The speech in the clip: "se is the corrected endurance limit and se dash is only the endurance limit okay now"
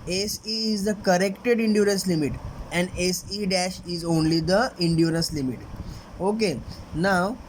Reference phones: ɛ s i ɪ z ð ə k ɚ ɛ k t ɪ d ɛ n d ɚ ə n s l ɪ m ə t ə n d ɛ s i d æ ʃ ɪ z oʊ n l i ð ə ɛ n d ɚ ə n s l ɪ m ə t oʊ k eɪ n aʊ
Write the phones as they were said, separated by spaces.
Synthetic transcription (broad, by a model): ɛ s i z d ə k ɚ ɛ k t ɪ d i n d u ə n s l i m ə t ə n d ɛ s i d æ ʃ ɪ z oʊ n l i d ə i n d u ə n s l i m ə t oʊ k eɪ n aʊ